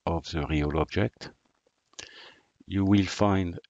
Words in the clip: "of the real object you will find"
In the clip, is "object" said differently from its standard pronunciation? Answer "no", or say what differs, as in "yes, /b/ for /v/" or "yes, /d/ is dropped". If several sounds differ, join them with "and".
no